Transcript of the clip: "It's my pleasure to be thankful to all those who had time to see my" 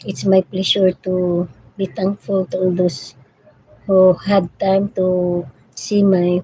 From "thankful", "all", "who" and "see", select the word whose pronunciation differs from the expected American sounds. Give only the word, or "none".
thankful